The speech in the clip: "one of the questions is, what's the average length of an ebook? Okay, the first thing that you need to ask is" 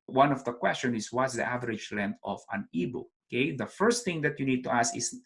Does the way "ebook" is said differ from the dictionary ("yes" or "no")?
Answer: yes